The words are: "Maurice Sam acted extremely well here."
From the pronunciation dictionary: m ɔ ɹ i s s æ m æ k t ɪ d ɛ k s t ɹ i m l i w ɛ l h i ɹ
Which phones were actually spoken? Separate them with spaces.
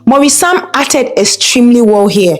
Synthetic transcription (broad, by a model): m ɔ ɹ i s s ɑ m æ t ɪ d ɛ k s t ɹ i m l i w ɛ l h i